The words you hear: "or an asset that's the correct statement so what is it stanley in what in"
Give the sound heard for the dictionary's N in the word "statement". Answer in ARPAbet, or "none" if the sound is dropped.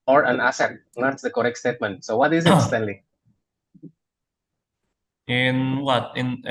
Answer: N